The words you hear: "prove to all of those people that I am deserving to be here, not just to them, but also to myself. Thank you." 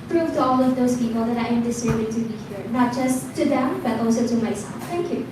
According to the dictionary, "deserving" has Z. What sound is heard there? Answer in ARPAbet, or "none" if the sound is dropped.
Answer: S